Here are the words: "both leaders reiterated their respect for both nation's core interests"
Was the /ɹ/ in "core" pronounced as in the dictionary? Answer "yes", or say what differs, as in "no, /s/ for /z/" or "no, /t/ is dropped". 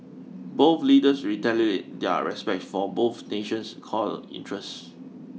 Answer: no, /l/ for /ɹ/